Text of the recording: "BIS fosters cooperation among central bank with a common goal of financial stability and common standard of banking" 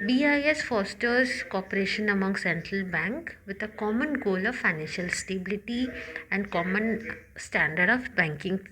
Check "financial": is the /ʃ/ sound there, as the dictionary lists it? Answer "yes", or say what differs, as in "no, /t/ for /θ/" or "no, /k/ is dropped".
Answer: yes